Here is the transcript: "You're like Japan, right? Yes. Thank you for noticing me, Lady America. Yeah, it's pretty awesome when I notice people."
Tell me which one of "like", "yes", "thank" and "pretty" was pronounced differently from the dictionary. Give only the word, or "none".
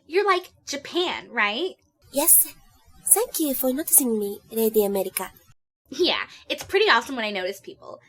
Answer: thank